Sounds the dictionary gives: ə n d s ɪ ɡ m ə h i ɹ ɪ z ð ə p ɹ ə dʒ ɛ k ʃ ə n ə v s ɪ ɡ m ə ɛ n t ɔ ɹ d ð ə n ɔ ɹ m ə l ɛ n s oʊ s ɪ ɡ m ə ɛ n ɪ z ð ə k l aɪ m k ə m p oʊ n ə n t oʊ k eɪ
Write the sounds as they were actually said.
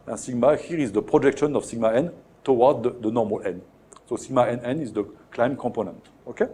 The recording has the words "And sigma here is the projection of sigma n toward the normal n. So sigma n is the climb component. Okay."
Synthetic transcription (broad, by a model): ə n s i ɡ m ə h i ɹ ɪ z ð ə p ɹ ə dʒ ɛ k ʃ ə n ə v s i ɡ m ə ɛ n t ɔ w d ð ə n ɔ ɹ m ə l ɛ n s oʊ s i ɡ m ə ɛ n ɪ z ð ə k l aɪ m k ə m p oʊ n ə n t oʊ k eɪ